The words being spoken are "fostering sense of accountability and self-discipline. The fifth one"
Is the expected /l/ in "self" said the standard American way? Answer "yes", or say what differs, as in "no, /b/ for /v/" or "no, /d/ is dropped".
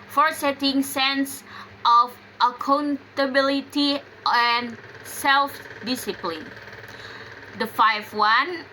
yes